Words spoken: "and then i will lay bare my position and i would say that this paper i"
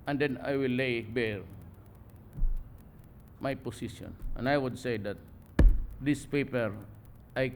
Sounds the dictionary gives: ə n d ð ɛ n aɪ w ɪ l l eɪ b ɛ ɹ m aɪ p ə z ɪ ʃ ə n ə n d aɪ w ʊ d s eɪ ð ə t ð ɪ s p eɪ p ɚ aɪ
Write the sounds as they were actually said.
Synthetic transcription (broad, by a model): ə n d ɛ n aɪ w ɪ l l eɪ b ɛ ɹ m aɪ p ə s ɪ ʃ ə n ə n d aɪ w ʊ d s eɪ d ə t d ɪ s p eɪ p ɚ aɪ